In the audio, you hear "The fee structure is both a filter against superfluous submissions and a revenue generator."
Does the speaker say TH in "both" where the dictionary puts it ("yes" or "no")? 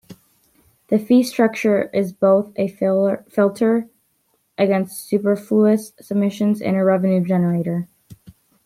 yes